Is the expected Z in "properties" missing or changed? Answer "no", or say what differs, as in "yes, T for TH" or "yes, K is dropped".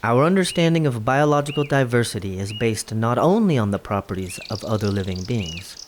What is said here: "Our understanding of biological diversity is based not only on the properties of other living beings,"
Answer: no